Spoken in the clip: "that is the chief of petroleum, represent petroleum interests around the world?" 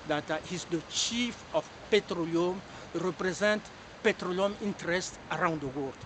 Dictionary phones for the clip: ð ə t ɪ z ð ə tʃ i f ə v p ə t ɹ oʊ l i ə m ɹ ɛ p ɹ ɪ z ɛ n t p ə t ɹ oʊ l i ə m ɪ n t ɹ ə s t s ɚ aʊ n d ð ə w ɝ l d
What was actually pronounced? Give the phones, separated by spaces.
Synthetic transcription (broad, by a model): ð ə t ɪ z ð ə tʃ i f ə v p ə t ɹ oʊ l i ə m ɹ ɛ p ɹ ɪ z ɛ n t p ə t ɹ oʊ l i ə m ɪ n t ɹ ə s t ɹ aʊ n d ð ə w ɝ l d